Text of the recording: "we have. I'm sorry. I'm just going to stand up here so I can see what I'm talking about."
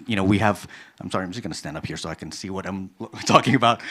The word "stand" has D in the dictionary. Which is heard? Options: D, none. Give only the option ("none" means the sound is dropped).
D